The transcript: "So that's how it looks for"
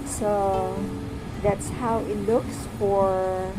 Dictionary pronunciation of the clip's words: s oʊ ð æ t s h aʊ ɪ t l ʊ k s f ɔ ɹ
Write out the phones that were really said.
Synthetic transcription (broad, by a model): s oʊ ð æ t s h aʊ ɪ t l ʊ k s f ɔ ɹ